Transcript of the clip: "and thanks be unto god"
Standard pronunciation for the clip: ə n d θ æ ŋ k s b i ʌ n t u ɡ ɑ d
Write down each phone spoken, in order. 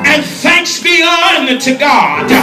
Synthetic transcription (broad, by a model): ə n θ æ ŋ k s b i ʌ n t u ɡ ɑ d